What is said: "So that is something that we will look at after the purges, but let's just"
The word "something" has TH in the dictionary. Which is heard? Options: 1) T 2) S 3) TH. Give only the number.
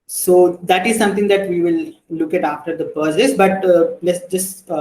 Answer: 1